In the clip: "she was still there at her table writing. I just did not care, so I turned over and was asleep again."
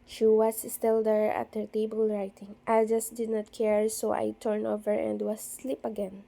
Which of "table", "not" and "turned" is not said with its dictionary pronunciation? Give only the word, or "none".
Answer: turned